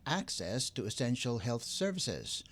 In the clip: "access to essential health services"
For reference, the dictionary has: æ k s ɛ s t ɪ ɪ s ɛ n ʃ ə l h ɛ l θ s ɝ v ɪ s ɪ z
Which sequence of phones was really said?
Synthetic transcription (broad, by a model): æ k s ɛ s t ɪ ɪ s ɛ n ʃ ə l h ɛ l θ s ɝ v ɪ s ɪ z